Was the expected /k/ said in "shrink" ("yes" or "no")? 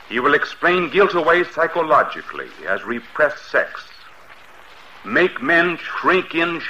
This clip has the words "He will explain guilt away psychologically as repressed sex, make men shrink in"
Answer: yes